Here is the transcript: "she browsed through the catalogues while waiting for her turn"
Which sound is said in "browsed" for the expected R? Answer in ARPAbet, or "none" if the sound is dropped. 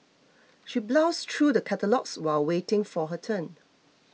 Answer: L